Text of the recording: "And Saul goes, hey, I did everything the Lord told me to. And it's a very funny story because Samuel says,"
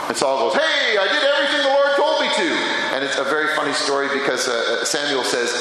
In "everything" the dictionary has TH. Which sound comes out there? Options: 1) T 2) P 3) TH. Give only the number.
3